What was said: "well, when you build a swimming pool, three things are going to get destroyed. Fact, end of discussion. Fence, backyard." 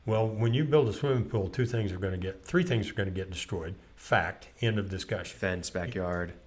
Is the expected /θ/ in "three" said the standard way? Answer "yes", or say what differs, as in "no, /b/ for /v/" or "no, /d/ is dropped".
yes